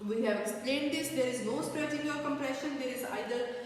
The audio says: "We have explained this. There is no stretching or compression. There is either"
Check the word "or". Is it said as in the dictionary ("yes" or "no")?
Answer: no